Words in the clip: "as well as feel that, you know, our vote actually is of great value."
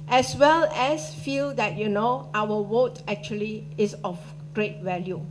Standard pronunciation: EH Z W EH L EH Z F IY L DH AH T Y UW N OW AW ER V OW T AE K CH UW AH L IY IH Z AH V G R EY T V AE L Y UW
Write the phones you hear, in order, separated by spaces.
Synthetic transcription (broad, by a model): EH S W EH L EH S F IY L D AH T Y UW N OW AW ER W OW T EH K CH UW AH L IY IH S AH F G R EY T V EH L Y UW